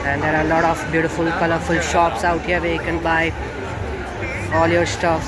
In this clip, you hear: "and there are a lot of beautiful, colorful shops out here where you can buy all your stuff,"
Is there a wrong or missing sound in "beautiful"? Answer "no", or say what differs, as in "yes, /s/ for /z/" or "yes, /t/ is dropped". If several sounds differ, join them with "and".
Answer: no